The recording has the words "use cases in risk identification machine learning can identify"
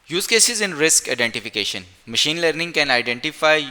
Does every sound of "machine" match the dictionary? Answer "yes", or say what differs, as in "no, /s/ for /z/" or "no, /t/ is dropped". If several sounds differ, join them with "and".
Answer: yes